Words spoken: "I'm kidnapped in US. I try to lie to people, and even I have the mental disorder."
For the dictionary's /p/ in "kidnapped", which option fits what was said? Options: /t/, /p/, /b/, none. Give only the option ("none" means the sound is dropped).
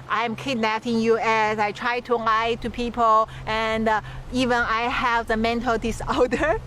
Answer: none